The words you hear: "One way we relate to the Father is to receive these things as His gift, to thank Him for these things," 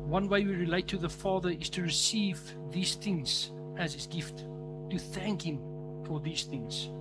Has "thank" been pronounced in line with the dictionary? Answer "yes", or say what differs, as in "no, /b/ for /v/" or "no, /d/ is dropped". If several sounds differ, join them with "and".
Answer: yes